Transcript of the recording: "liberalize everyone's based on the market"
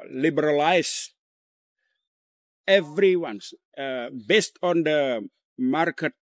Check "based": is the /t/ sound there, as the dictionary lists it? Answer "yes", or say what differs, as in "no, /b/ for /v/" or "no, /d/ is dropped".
yes